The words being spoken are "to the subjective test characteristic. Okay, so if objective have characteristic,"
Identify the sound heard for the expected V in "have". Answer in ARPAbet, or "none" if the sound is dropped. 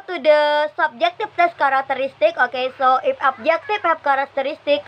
P